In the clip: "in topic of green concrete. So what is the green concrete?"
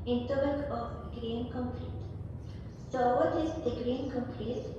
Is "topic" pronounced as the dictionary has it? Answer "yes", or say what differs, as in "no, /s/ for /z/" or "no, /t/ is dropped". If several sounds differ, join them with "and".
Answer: no, /b/ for /p/